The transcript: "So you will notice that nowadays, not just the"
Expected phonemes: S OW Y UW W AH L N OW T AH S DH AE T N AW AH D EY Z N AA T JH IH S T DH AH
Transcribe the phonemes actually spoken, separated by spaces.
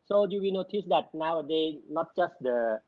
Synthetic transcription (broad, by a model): S OW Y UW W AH N OW T AH S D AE T N AW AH D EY N AA T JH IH S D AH